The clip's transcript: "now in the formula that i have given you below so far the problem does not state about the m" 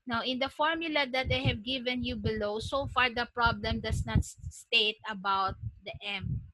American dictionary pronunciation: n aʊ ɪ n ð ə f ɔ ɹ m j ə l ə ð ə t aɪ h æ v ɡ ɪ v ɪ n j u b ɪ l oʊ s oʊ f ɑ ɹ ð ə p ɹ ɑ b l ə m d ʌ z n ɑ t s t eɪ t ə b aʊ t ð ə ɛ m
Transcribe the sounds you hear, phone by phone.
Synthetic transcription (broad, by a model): n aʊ ɪ n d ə f ɔ ɹ m j ə l ə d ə t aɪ h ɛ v ɡ ɪ v ɪ n j u b ɪ l oʊ s oʊ f ɑ ɹ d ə p ɹ ɑ b l ə m d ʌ s n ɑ t s t eɪ t ə b aʊ t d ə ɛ m